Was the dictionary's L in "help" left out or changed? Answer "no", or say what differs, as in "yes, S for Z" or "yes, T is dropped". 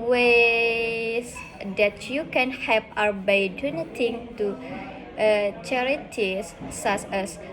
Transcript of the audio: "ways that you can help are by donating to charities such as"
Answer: yes, L is dropped